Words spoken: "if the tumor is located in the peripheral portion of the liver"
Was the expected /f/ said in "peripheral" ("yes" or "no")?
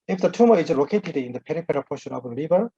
no